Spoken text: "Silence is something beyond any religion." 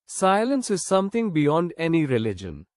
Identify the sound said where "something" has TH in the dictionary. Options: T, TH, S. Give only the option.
T